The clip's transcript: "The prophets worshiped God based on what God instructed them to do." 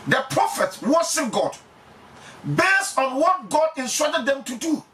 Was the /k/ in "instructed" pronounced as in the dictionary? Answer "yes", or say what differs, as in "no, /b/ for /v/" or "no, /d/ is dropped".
no, /k/ is dropped